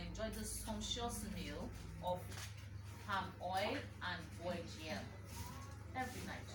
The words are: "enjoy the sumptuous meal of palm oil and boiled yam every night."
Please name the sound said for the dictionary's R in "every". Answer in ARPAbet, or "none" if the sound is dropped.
R